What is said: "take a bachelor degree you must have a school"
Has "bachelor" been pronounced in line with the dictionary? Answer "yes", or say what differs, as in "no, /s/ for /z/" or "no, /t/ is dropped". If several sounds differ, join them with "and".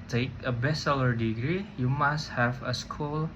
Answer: no, /s/ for /tʃ/